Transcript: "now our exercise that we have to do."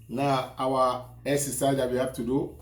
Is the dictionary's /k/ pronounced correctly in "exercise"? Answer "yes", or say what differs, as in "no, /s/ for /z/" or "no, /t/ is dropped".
no, /k/ is dropped